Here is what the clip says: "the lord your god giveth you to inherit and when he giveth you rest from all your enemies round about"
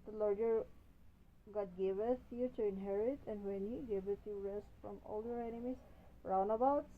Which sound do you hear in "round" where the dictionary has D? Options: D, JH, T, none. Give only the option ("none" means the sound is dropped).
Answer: none